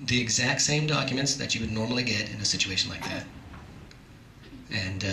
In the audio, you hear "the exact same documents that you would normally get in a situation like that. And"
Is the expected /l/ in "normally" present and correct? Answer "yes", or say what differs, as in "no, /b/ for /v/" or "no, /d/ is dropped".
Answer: yes